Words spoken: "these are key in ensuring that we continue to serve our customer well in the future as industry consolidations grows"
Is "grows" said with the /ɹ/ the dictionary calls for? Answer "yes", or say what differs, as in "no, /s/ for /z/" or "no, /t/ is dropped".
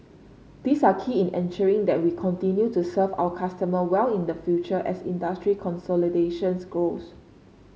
no, /ɹ/ is dropped